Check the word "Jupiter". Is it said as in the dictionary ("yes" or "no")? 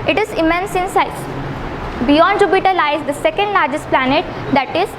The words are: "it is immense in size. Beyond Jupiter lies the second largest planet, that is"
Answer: no